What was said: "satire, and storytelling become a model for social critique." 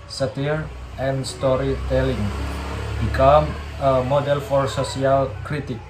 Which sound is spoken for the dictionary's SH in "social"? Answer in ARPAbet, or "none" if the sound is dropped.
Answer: S